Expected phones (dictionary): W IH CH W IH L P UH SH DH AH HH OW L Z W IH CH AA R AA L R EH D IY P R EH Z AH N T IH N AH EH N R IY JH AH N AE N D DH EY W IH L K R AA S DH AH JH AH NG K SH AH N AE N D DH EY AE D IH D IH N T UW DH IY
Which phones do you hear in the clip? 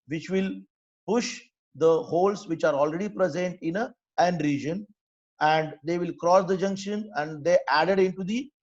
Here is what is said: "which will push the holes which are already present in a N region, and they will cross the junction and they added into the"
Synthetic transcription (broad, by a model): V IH CH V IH L P UH SH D AH HH OW L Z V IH CH AA R AA L R EH D IY P R EH Z AH N T IH N AH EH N R IY JH AH N AE N D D EY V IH L K R AA S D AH JH AH NG K SH AH N AE N D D EY AE D IH D IH N T UW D IY